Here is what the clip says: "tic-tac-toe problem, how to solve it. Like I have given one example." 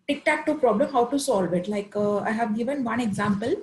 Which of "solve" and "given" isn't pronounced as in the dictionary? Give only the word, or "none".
none